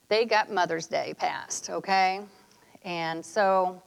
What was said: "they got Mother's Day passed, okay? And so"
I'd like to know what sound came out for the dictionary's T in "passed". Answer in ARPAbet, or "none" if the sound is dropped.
T